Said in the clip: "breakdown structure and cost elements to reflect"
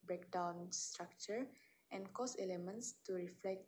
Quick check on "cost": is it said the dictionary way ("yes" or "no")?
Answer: no